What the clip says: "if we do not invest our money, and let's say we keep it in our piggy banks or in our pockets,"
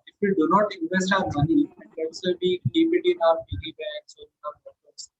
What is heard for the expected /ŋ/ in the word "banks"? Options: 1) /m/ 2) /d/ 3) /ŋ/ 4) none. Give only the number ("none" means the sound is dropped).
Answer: 4